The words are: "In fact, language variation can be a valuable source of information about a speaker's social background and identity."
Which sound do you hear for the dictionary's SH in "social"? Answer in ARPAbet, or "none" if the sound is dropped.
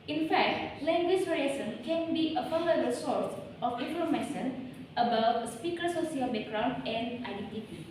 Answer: none